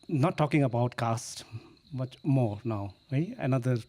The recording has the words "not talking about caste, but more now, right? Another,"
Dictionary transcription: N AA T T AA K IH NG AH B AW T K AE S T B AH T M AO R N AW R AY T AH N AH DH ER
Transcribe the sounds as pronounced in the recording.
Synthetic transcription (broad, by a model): N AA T T AA K IH NG AH B AW T K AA S T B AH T M AO R N AW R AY AH N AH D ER